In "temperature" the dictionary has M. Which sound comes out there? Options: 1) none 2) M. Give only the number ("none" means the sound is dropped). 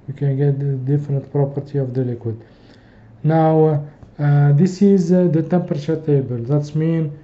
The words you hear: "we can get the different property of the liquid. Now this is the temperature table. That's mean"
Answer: 2